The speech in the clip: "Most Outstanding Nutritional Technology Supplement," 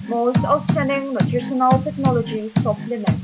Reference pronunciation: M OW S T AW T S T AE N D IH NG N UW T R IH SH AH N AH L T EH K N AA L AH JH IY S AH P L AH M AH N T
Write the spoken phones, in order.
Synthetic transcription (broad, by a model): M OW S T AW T S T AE N D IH NG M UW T IH S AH N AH L T EH K N AA L AH JH IY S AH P L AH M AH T